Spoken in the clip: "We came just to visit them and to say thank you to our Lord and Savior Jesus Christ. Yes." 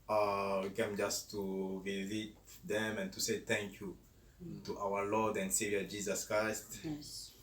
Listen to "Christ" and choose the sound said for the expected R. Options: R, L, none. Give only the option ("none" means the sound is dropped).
R